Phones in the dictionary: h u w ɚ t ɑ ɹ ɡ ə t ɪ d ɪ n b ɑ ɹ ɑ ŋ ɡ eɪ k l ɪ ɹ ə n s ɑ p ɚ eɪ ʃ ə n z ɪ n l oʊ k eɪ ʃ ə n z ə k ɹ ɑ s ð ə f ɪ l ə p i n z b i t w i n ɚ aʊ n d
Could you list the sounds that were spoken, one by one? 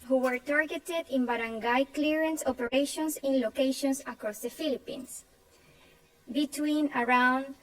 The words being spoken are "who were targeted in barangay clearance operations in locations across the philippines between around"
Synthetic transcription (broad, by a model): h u w ɚ t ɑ ɹ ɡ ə t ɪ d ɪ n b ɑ ɹ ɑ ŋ ɡ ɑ k l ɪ ɹ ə n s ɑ p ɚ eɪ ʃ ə n s ɪ n l oʊ k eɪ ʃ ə n s ə k ɹ ɑ s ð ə f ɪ l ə p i n s b i t w i n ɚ aʊ n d